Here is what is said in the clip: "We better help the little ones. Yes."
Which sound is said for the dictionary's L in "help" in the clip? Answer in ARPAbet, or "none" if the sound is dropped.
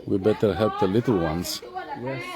L